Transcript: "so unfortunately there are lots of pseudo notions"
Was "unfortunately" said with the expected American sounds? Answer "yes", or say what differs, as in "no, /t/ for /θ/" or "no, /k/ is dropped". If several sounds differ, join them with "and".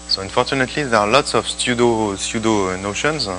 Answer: yes